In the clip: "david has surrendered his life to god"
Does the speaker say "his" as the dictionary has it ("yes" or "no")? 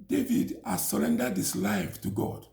no